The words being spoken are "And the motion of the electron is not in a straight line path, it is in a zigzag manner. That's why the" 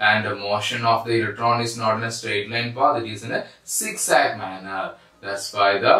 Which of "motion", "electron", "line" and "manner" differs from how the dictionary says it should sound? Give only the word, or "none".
none